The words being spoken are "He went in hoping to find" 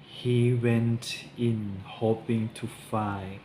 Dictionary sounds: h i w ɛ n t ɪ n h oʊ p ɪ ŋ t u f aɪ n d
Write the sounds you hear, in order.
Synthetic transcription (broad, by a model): h i w ɛ n t ɪ n h oʊ p ɪ ŋ t u f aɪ